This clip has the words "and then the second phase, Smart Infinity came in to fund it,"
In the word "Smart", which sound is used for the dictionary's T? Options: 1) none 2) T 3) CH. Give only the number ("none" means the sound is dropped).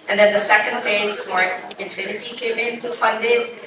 1